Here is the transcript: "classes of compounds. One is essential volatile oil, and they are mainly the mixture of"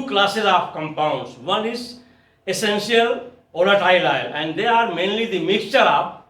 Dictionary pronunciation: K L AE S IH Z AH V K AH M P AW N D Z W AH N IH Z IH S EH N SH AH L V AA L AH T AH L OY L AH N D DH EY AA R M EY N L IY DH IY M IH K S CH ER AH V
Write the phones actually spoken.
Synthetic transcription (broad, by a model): K L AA S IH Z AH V K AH M P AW N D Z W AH N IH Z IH S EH N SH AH L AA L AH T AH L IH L AH N D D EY AA R M EY N L IY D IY M IH K S CH ER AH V